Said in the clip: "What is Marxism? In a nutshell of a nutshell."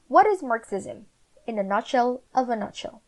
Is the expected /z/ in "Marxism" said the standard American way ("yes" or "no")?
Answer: yes